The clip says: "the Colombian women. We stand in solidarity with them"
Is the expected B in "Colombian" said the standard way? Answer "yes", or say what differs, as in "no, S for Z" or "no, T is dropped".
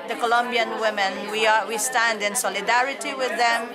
yes